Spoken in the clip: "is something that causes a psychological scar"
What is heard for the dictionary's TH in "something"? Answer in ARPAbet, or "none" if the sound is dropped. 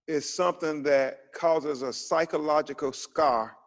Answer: TH